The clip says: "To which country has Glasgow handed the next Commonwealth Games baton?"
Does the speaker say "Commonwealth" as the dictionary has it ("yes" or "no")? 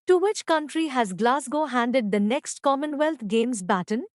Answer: no